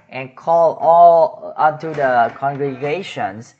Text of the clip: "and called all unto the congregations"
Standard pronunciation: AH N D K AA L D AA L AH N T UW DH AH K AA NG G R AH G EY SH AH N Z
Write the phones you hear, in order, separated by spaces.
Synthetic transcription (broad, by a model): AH N K AA L AA L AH N T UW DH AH K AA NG G R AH G EY SH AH N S